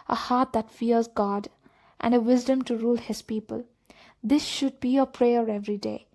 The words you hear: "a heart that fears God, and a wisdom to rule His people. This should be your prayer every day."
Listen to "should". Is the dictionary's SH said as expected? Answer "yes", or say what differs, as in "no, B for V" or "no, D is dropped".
yes